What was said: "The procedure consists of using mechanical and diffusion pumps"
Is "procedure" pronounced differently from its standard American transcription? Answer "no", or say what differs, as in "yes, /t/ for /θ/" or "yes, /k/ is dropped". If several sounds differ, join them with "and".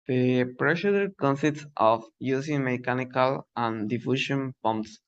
yes, /ʃ/ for /s/